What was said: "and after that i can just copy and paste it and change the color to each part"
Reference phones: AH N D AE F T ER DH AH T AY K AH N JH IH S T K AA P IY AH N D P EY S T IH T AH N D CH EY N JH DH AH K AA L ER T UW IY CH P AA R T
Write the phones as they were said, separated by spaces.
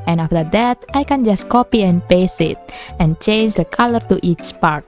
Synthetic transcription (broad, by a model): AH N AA F T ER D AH T AY K AH N JH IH S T K AA P IY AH N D P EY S IH T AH N CH EY N JH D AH K AA L ER T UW IY CH P AA R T